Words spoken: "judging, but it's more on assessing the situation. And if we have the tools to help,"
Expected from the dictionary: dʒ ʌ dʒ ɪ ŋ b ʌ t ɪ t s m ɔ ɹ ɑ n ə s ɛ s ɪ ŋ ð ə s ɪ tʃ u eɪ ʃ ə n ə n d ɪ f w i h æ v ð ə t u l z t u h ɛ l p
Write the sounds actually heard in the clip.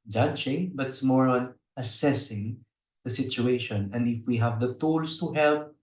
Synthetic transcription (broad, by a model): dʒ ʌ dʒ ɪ ŋ b ʌ t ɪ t s m ɔ ɹ ɑ n ə s ɛ s ɪ ŋ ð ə s ɪ tʃ u eɪ ʃ ə n ə n d ɪ f w i h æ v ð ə t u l s t u h ɛ l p